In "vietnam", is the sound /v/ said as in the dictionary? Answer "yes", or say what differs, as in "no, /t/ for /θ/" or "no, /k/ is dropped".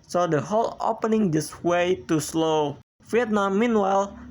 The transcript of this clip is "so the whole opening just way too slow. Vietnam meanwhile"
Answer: no, /f/ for /v/